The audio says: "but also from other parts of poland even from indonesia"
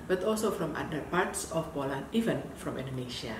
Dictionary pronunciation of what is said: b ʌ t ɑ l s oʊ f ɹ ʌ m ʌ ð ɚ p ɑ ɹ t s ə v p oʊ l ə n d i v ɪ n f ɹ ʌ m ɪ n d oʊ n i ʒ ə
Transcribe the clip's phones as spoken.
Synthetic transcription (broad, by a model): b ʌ t ɑ l s oʊ f ɹ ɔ m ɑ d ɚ p ɑ ɹ t s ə f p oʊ l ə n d i v ɪ n f ɹ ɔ m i n d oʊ n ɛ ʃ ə